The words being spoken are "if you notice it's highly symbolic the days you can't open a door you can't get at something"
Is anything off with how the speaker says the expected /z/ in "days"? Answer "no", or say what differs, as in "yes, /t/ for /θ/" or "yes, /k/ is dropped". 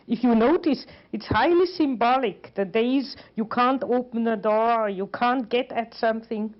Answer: no